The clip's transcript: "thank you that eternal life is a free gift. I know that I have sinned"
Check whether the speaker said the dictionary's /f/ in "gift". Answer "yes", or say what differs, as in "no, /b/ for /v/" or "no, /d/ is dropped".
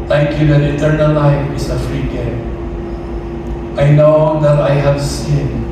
no, /f/ is dropped